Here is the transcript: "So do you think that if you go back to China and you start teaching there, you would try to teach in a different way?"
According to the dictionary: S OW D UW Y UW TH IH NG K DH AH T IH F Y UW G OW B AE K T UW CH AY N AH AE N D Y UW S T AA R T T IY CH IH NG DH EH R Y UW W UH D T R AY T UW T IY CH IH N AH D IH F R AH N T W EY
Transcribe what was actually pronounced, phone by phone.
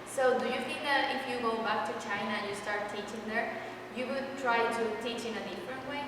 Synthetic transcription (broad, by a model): S OW D UW Y UW F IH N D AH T IH F Y UW G OW B AE K T UW CH AY N AH Y UW S T AA R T T IY CH IH NG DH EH R Y UW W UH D T R AY T UW T IY CH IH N AH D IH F R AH N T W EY